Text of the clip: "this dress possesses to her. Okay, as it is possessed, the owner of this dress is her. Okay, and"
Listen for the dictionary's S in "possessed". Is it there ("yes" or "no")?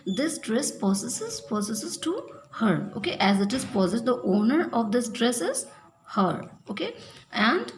no